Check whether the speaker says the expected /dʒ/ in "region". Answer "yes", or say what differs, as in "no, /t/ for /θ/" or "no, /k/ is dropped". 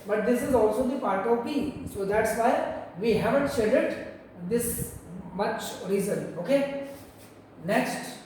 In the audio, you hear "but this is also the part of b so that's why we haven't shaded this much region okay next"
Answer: no, /z/ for /dʒ/